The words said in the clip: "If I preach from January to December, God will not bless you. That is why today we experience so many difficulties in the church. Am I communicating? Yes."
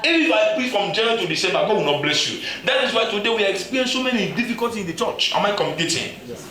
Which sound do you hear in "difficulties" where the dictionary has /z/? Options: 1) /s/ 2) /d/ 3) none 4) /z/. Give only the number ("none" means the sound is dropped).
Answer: 3